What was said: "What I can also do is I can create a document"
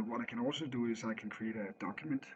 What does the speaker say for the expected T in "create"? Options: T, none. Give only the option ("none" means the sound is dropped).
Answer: T